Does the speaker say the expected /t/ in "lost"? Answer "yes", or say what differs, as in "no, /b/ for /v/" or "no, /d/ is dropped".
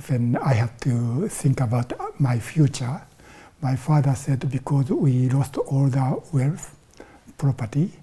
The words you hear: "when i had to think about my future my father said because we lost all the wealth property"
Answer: yes